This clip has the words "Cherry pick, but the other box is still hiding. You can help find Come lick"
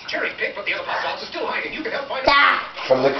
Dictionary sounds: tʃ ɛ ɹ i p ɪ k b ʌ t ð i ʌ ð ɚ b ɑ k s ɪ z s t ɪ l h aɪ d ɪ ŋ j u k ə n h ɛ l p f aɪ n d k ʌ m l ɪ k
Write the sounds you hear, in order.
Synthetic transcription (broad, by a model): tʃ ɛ ɹ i b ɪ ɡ b ʌ t ð i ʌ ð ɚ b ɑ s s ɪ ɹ s t ɪ l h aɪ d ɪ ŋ j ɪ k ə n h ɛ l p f aɪ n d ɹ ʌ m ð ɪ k